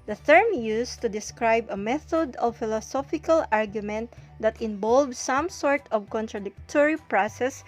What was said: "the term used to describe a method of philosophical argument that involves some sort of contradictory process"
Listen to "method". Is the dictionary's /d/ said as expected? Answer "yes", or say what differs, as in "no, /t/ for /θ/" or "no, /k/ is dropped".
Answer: yes